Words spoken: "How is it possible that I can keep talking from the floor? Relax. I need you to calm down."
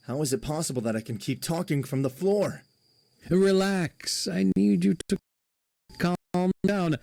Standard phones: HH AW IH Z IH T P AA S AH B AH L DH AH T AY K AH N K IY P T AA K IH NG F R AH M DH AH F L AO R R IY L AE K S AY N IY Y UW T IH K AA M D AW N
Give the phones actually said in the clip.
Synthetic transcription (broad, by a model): HH AW IH Z IH T P AA S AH B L DH AH T AY K AH N K IY P T AA K IH NG F R AH M DH AH F L AO R R IY L AE K S AY N Y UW T IH K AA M D AW N